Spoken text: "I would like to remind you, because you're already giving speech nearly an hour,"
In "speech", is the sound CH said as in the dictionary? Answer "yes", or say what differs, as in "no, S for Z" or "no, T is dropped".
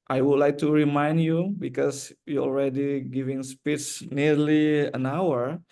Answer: no, S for CH